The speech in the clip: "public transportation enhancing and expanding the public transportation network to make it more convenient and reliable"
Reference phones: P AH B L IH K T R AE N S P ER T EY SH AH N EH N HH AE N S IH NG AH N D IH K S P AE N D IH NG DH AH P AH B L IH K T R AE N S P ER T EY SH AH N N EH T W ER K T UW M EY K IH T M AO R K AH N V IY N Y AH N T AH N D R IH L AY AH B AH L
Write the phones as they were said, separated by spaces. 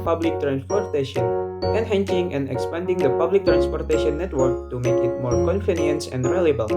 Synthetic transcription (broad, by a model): P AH B L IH K T R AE N S P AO T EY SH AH N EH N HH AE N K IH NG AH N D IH K S P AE N D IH NG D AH P AH B L IH K T R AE N S P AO T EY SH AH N N EH T W ER K T UW M EY K IH T M AO R K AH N F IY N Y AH N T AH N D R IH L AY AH B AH L